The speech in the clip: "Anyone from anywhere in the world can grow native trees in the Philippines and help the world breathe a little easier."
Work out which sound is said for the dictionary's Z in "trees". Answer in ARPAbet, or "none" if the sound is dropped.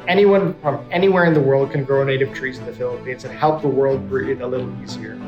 Z